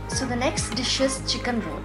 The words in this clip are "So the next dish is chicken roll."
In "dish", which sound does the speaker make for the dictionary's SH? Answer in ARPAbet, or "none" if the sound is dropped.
SH